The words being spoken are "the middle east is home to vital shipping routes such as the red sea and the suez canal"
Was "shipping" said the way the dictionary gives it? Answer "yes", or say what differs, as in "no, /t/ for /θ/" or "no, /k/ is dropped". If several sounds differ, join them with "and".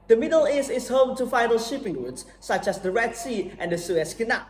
yes